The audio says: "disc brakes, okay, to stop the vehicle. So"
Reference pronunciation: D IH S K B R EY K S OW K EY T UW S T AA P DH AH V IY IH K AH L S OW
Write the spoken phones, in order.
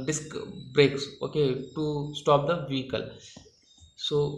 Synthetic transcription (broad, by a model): D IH S K B R EY K S OW K EY T UW S T AA P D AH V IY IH K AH L S OW